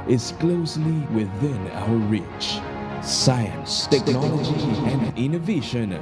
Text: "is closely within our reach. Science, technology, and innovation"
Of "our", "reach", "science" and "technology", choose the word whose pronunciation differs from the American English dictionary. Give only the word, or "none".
our